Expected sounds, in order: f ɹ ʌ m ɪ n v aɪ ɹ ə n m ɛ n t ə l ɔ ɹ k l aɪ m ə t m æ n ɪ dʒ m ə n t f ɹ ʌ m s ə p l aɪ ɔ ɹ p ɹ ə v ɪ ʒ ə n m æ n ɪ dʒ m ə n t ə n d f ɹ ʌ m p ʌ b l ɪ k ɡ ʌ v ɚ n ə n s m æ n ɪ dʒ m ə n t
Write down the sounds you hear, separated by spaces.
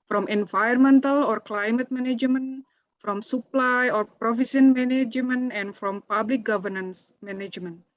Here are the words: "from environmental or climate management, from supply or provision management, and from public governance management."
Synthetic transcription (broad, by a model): f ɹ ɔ m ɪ n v aɪ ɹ m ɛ n t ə l ɔ ɹ k l aɪ m ə t m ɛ n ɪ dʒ m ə n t f ɹ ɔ m s ə p l aɪ ɔ ɹ p ɹ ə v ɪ s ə n m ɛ n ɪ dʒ m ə n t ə n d f ɹ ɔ m p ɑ b l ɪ k ɡ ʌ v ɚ n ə n s m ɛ n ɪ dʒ m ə n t